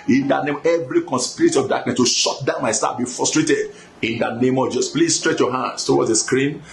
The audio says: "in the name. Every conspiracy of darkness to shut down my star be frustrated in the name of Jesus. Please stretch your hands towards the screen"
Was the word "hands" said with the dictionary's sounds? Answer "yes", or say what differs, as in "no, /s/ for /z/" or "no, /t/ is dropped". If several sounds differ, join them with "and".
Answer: no, /s/ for /z/